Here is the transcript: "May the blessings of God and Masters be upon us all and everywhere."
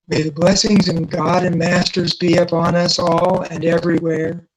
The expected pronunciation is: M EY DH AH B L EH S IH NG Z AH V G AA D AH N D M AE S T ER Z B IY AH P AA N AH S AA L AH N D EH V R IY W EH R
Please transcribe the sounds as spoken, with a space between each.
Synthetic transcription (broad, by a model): M EY DH AH B L EH S IH NG Z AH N G AA D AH N M AE S T ER Z B IY AH P AA N AH S AA L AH N EH V R IY W EH R